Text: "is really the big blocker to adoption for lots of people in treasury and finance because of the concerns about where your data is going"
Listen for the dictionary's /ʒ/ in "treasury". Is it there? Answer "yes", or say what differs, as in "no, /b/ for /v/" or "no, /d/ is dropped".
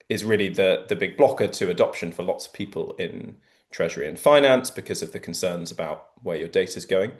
yes